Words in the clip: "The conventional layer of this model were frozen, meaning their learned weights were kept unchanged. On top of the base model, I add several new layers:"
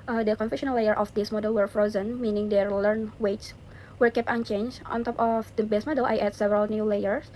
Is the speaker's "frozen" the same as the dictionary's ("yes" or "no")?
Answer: yes